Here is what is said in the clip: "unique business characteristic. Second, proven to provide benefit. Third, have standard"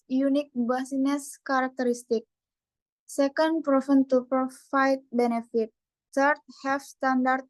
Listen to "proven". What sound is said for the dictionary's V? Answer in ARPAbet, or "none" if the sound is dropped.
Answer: F